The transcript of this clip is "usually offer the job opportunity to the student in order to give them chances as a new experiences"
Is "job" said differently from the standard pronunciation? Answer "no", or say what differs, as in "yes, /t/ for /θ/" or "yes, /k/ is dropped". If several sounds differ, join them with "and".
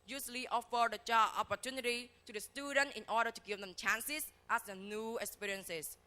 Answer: yes, /tʃ/ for /dʒ/ and /b/ is dropped